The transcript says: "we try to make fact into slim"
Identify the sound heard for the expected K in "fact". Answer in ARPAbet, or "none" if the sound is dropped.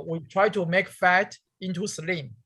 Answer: none